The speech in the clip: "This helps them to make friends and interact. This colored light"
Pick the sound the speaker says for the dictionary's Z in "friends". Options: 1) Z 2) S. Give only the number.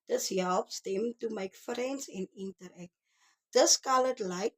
2